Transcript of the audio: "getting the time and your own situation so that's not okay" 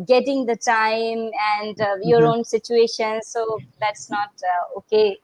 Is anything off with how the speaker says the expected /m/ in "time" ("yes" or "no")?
no